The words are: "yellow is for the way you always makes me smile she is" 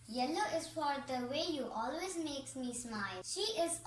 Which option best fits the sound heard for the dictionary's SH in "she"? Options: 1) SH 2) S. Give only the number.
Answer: 1